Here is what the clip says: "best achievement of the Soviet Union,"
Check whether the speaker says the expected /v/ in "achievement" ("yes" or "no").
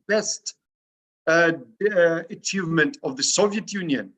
yes